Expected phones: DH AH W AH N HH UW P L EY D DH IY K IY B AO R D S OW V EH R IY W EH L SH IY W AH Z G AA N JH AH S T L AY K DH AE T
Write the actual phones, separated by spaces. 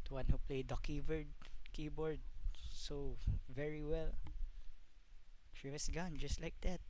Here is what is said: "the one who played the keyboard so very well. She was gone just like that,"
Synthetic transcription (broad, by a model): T W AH N HH UW P L EY D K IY K IY B AO R D S OW V EH R IY W EH L SH IY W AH S G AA N JH AH S T L AY K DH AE T